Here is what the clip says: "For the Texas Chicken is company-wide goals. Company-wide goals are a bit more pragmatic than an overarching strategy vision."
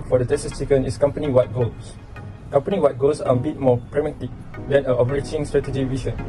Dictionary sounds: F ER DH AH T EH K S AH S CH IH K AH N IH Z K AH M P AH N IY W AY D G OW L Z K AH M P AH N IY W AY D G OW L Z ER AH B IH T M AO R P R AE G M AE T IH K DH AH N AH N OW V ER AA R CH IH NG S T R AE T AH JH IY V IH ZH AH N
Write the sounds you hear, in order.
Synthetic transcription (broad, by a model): F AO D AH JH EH S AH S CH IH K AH N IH S K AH M P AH N IY W AY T G OW L S K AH M P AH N IY W AY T G OW L S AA AH B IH T M AO P R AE M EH T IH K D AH N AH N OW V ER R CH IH NG S T R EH T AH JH IY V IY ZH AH N